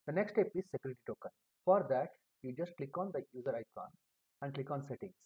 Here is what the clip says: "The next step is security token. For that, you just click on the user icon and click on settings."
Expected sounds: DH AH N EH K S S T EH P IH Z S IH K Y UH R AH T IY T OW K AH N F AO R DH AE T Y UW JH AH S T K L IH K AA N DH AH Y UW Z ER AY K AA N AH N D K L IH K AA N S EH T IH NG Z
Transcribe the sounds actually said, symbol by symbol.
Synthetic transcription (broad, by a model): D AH N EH K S S T EH P IH Z S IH K Y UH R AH T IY T OW K AH N F AO R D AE T Y UW JH AH S T K L IH K AA N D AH Y UW Z ER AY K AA N AH N D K L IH K AA N S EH T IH NG